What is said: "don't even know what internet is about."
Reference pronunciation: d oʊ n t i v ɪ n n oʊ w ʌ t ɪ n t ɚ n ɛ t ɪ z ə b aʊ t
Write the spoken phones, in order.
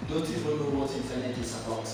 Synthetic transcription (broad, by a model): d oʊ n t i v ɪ l n oʊ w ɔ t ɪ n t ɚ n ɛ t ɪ s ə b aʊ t